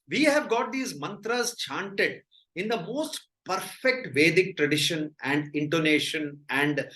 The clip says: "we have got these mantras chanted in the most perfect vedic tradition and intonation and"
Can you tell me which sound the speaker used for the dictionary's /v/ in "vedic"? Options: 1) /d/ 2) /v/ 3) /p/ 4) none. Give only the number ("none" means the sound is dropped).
2